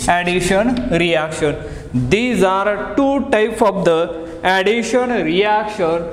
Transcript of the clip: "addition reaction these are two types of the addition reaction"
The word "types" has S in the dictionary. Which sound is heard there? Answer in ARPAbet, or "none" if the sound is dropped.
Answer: none